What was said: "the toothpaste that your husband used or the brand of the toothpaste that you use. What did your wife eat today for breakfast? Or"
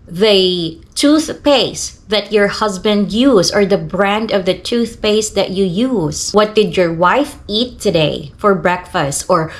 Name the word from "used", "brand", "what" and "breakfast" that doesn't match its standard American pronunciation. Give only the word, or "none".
used